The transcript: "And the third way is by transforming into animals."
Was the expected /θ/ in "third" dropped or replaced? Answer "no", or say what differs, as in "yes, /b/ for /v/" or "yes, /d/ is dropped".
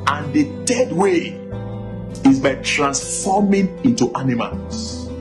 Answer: yes, /t/ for /θ/